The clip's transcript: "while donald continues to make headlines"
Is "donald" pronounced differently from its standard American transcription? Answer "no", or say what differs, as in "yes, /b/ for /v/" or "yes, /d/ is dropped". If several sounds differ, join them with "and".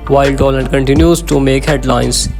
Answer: yes, /l/ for /n/ and /l/ is dropped